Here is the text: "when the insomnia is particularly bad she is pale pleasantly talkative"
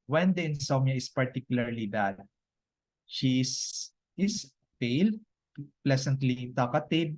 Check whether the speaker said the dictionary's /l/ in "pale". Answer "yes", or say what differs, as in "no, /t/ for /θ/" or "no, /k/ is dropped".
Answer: yes